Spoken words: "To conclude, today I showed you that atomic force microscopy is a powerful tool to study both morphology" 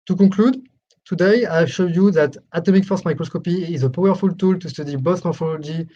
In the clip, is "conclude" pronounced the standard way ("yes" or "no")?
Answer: no